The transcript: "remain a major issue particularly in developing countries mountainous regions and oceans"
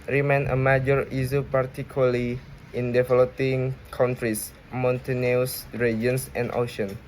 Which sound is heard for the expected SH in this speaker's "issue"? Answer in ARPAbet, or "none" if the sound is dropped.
S